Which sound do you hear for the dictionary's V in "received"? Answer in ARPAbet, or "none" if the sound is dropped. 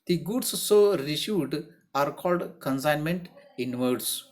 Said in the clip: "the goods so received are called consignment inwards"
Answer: none